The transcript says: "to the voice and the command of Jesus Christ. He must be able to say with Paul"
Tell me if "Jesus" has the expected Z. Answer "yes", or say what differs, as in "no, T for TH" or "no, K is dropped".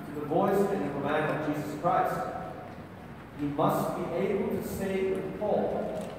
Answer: yes